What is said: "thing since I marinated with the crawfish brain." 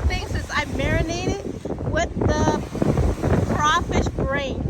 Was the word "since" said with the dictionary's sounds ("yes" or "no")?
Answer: no